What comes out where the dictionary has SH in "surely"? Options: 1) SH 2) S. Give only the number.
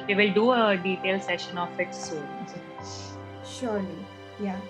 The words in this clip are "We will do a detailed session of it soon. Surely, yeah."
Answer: 1